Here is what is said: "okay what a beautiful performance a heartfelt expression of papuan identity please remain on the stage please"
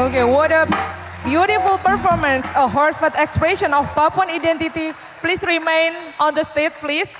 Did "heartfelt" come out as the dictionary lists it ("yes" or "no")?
no